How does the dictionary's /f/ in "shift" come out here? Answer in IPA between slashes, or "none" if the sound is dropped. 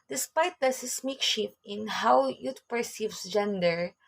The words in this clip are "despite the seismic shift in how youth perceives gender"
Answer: none